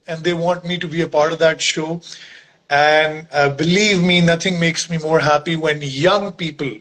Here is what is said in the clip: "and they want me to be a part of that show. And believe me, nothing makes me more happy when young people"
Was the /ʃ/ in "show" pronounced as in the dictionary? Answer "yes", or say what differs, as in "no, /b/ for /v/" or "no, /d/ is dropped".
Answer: yes